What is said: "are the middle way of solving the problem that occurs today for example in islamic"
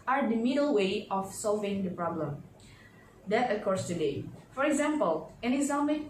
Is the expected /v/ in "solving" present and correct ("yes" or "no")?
yes